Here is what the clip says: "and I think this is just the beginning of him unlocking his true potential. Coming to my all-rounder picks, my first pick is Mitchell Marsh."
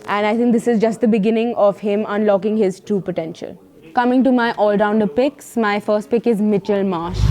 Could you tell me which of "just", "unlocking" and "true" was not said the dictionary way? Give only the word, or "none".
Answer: true